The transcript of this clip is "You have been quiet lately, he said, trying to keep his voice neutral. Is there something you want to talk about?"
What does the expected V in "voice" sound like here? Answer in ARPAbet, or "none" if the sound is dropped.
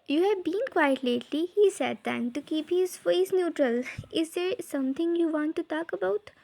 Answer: F